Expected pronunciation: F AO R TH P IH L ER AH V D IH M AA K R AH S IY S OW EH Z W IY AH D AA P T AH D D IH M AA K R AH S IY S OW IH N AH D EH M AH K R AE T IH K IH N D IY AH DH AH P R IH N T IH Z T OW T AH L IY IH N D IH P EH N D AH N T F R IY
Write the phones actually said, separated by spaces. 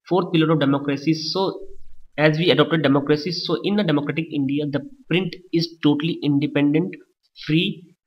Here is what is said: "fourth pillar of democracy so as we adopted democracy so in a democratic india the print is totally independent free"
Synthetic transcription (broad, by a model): F AO R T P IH L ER AH V D IH M AA K R AH S IY S OW EH Z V IY AH D AA P T AH D D IH M AA K R AH S IY S OW IH N AH D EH M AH K R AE T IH K IH N D IY AH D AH P R IH N T IH Z T OW T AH L IY IH N D IH P EH N D AH N T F R IY